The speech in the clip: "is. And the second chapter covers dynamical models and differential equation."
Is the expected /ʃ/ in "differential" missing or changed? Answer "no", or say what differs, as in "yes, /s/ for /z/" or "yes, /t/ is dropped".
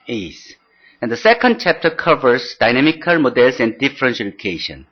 yes, /s/ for /ʃ/